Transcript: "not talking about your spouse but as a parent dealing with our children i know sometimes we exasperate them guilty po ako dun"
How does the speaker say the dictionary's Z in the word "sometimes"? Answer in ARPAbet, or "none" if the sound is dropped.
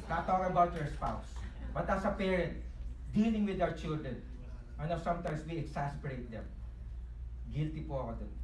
S